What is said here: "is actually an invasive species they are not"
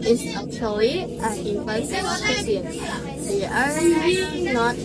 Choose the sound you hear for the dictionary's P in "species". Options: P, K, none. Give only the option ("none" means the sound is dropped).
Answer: none